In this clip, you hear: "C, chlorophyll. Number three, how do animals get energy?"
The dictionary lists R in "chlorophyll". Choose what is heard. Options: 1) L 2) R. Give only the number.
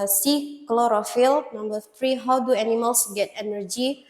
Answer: 2